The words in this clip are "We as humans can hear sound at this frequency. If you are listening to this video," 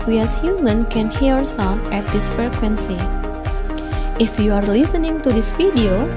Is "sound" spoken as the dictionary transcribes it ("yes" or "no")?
no